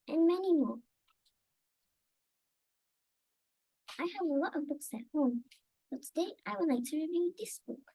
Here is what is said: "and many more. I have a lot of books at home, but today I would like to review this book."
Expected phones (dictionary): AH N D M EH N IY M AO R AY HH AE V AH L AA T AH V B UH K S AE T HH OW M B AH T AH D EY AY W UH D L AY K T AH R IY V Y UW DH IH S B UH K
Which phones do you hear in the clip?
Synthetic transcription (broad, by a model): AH N M EH N IY M AO R AY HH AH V AH L AA T AH V B UH K S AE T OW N B AH T AH D EY AY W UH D L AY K T AH R IY V Y UW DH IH S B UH K